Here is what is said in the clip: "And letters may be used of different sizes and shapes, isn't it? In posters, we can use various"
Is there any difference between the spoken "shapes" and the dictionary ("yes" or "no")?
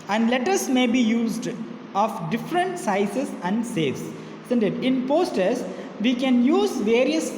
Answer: yes